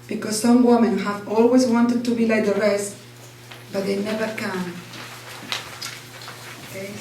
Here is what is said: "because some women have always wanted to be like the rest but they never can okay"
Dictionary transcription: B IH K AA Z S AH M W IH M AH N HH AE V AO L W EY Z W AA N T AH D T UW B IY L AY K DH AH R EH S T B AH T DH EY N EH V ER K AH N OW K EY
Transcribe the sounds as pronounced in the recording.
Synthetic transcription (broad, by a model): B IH K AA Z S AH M W IH M AH N HH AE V AO L W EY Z W AA N T AH D T UW B IY L AY K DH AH R EH S T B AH T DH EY N EH V ER K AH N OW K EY